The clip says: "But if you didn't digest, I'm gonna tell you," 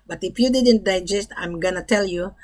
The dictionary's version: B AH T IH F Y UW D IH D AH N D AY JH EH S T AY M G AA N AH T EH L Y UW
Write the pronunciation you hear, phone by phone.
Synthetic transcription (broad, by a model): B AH T IH F Y UW D IH D AH N D AY JH EH S T AY M G AA N AH T EH L Y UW